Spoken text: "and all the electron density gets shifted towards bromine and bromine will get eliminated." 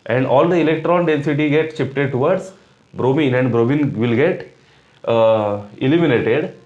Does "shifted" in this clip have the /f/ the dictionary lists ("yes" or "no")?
no